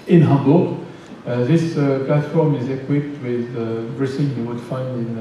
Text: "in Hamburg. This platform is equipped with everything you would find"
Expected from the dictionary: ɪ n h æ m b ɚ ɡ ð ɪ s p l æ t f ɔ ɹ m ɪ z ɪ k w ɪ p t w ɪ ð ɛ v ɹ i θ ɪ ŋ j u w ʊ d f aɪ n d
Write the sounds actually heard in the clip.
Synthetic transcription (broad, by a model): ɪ n h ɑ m b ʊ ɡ ð ɪ s p l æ t f ɔ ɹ m ɪ z ɪ k w ɪ p t w ɪ ð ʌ b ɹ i s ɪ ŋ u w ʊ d f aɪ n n